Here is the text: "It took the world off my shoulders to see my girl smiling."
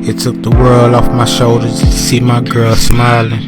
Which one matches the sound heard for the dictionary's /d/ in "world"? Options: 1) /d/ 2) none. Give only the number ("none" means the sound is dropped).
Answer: 2